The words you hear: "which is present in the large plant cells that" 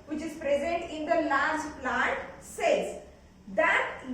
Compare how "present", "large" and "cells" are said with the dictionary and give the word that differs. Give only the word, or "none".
cells